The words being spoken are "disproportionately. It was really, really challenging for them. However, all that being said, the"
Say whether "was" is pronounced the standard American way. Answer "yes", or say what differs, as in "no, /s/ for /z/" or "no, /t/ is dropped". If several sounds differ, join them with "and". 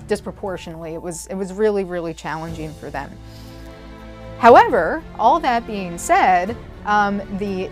yes